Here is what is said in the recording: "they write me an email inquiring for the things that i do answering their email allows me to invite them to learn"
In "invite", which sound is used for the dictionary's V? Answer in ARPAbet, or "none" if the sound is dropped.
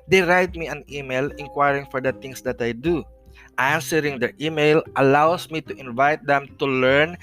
V